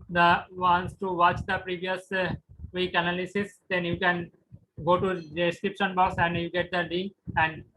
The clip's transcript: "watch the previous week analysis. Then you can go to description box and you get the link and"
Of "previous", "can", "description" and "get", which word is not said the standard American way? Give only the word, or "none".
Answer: none